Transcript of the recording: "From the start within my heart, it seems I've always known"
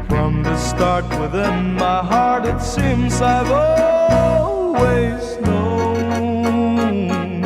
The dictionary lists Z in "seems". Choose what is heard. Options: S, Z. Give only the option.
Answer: Z